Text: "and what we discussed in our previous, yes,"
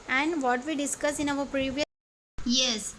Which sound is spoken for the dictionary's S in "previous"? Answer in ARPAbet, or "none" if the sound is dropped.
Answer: none